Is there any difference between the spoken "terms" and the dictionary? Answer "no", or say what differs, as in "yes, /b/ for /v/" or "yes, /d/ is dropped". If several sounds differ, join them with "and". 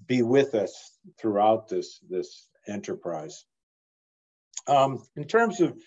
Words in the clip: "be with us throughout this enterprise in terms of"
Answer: no